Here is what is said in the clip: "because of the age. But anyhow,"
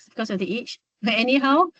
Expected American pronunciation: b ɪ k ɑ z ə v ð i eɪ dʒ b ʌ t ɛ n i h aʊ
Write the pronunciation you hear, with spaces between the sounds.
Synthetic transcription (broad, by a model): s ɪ k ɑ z ə v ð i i tʃ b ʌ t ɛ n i h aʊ